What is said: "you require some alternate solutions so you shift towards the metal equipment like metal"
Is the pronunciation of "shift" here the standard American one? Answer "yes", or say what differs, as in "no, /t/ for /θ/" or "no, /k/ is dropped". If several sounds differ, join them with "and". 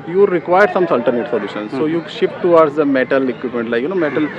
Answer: no, /p/ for /f/